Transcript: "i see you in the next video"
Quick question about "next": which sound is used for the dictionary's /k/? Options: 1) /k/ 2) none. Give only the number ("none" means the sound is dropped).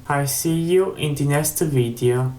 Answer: 2